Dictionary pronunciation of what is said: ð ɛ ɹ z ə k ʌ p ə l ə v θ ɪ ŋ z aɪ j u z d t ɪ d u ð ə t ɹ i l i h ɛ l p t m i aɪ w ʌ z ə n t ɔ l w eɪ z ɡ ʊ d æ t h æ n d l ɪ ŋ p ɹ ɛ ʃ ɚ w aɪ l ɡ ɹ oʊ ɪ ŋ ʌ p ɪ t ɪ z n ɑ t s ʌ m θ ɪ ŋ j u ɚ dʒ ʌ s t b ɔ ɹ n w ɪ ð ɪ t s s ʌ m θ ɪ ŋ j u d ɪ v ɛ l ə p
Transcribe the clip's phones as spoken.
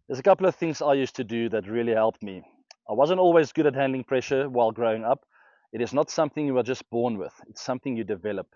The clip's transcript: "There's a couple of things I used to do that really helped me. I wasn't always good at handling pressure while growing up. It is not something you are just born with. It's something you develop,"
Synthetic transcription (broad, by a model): ð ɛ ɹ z ə k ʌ p l ə v θ ɪ ŋ z aɪ j u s t ɪ d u ð ə t ɹ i l i h ɛ l p t m i aɪ w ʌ z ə n t ɔ l w eɪ z ɡ ʊ d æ t h æ n d l ɪ ŋ p ɹ ɛ ʃ ɚ w aɪ l ɡ ɹ oʊ ɪ ŋ ʌ p ɪ t ɪ z n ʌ t s ʌ m θ ɪ ŋ j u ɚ dʒ ʌ s t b ɔ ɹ n w ɪ ð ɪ t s s ʌ m θ ɪ ŋ j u d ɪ v ɛ l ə p